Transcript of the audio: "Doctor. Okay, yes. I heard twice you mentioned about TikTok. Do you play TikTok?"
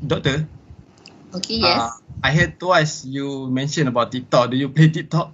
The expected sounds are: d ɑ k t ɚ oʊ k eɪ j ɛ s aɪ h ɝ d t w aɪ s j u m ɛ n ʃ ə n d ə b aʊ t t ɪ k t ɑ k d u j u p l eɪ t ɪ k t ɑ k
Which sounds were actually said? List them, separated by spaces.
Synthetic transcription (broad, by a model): d ɑ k t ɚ oʊ k eɪ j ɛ aɪ h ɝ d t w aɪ s j u m ɛ n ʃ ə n ə b aʊ t t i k t ɑ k d u j u p l eɪ t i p t ɑ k